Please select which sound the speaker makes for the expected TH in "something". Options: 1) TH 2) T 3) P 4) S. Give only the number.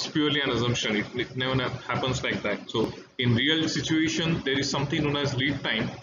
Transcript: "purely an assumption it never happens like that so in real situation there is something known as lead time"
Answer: 2